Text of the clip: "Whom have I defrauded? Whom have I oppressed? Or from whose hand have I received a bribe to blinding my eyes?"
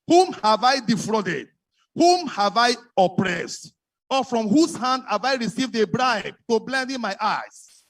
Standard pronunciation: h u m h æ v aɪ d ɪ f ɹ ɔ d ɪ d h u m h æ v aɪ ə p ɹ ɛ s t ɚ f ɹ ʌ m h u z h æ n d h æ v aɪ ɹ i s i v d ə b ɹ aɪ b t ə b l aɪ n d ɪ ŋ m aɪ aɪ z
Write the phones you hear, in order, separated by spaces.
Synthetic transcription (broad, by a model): h u m h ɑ v aɪ d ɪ f ɹ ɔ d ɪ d h u m h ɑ v aɪ ə p ɹ ɛ s t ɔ f ɹ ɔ m h u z h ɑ n d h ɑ v aɪ ɹ i s i v d ə b ɹ aɪ b t ə b l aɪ n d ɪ m aɪ aɪ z